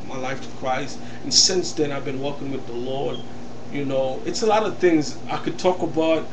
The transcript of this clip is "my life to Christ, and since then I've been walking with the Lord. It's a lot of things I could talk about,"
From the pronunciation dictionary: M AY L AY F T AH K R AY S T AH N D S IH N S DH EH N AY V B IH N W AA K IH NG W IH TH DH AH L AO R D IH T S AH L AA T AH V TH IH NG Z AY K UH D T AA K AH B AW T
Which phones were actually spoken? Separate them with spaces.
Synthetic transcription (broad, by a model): M AY L AY F T AH K R AY S T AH N S IH N S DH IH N AY V B IH N W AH K IH NG W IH DH AH L AO R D IH T S AH L AA T AH V TH IH NG Z AY K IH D T AA K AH B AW T